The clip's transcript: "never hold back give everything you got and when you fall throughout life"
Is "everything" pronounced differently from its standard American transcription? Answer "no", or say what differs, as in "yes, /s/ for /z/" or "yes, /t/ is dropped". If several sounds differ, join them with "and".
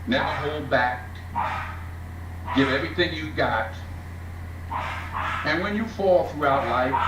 no